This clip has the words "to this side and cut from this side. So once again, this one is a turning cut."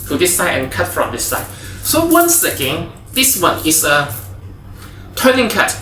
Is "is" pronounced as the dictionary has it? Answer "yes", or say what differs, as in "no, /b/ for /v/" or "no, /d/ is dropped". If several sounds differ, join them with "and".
no, /s/ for /z/